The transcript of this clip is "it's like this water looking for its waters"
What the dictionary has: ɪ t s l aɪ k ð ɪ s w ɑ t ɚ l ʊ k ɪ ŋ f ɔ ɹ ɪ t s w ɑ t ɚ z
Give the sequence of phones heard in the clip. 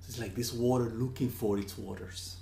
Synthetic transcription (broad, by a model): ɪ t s l aɪ k ð ɪ s w ɑ t ɚ l ʊ k ɪ ŋ f ɔ ɹ ɪ t s w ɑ t ɚ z